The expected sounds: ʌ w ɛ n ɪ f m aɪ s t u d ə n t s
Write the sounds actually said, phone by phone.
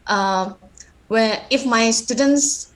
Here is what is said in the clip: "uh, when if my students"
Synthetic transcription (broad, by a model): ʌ w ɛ ɪ f m aɪ s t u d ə n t s